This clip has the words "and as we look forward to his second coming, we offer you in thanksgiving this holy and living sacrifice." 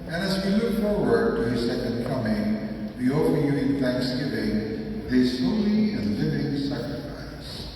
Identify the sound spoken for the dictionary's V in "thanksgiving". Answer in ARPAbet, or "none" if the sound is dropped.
V